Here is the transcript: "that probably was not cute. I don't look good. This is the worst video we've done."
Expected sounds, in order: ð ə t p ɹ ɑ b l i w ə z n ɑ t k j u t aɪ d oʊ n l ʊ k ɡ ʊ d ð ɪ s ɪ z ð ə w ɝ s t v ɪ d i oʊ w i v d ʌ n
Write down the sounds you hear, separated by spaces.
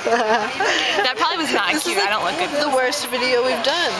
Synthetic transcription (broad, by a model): ð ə t p ɹ ɑ b l i w ə z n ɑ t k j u aɪ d oʊ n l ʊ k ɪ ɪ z ð ə w ɝ s t v ɪ d i oʊ w i v d ʌ n